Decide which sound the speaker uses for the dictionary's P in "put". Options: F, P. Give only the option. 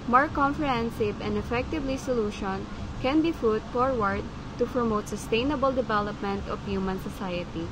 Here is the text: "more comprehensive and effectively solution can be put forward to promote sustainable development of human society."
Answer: F